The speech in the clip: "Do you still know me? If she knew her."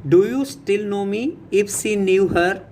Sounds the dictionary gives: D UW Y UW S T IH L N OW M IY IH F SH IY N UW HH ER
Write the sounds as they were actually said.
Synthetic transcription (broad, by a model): D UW Y UW S T IH L N OW M IY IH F S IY N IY HH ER